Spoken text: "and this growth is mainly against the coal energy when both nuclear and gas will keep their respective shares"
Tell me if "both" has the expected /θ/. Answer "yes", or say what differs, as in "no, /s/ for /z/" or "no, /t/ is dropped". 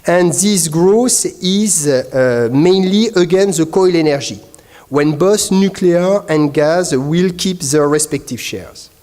no, /s/ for /θ/